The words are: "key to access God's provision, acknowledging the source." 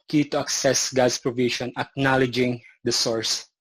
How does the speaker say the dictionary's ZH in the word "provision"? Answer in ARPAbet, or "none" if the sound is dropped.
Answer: SH